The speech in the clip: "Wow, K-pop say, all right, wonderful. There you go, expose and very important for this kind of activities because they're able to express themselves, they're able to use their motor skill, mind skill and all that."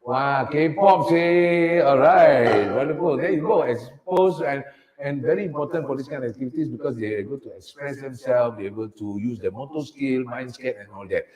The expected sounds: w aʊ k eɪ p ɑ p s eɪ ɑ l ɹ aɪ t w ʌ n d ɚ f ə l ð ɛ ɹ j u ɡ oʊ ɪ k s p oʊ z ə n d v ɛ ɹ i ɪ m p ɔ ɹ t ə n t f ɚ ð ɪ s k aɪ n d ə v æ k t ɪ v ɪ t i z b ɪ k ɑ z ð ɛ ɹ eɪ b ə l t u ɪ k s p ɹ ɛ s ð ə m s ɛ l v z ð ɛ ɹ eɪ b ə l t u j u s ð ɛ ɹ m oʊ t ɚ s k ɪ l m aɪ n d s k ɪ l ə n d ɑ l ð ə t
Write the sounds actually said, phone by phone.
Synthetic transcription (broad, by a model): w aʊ k eɪ p ɑ p s eɪ ɑ l ɹ aɪ t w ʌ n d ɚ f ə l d ɛ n j u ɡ oʊ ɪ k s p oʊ s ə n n v ɛ ɹ i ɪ m p ɔ t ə n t f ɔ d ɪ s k aɪ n ə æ k t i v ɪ t i s b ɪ k ɑ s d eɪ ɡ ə t u ɪ k s p ɹ ɛ s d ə m s ɛ l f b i eɪ b ə l t u j u s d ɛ m oʊ t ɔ s k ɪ l m aɪ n s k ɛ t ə n ɑ l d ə t